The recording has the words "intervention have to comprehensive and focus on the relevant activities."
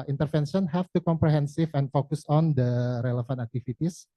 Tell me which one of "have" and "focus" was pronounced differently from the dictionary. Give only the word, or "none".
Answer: have